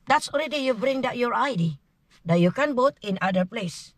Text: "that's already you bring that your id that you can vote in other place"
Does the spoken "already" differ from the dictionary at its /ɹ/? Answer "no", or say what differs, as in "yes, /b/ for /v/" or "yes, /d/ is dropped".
yes, /l/ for /ɹ/